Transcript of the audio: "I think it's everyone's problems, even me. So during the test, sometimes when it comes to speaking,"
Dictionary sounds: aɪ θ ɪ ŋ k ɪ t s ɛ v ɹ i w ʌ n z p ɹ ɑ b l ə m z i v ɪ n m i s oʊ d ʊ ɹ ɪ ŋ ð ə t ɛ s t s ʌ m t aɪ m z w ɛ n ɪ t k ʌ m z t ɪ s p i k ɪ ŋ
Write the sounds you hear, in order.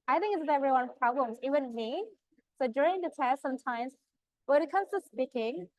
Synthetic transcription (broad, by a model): aɪ θ ɪ ŋ k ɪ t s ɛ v ɹ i w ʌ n p ɹ ɑ b l ə m z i w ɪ n m i s oʊ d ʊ ɹ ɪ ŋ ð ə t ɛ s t s ʌ m t aɪ m z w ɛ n ɪ t k ʌ m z t ɪ s p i k ɪ ŋ